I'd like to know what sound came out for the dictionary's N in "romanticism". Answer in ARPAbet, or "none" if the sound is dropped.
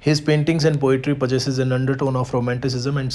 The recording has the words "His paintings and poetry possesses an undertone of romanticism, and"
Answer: N